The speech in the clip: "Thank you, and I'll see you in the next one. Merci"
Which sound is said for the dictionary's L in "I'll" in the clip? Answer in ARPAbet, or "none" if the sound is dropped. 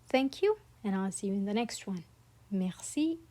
L